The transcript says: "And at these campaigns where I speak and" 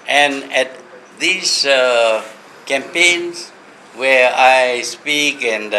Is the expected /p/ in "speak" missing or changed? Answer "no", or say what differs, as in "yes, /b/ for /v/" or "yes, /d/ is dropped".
no